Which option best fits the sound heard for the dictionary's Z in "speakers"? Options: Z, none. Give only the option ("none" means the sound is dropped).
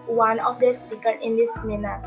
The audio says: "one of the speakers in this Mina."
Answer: none